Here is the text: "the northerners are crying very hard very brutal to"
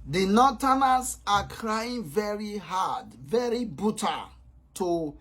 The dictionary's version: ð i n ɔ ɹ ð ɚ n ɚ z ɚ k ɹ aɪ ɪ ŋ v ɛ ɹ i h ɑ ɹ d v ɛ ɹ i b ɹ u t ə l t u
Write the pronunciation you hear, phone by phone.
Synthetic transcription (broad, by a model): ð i n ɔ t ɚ n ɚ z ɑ k ɹ aɪ ɪ ŋ v ɛ ɹ i h ɑ d v ɛ ɹ i b u t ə t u